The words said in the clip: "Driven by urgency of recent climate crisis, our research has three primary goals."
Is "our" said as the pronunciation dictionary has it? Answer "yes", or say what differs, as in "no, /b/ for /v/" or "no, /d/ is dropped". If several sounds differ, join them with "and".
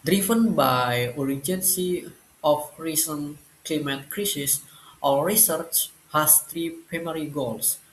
no, /l/ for /ɹ/